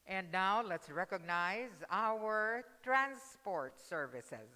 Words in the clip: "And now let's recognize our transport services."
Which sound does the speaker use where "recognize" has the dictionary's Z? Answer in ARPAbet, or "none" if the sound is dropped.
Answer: Z